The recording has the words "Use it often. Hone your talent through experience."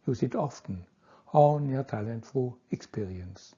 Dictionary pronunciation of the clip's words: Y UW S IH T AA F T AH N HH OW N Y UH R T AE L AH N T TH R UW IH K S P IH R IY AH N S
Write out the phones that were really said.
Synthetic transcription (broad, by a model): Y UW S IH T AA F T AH N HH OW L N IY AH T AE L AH N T F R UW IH K S P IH R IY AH N S